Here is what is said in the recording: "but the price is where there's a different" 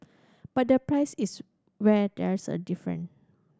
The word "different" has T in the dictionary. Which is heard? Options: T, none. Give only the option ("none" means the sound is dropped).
none